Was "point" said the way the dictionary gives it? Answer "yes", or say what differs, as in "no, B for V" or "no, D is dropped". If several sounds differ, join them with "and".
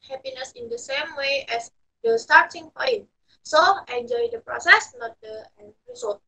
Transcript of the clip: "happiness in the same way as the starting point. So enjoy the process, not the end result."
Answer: no, F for P